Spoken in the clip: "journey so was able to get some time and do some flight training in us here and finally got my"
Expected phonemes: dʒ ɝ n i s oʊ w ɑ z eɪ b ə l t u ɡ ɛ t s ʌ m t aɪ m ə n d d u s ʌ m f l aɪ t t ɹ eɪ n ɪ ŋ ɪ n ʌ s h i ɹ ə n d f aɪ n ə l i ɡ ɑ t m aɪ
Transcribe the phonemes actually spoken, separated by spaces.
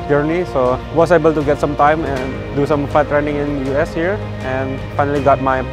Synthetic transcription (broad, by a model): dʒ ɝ n i s oʊ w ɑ s eɪ b ə l t u ɡ ɛ t s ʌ m t aɪ m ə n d d u s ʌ m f aɪ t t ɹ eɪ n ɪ ŋ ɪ n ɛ s h i ɹ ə n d f aɪ n ə l i ɡ ɑ t m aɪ